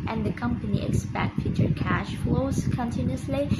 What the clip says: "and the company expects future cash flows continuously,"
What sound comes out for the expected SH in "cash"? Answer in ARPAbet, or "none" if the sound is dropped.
SH